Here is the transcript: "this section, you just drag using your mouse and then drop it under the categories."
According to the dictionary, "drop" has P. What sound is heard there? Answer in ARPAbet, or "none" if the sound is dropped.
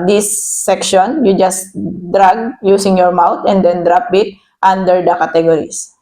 P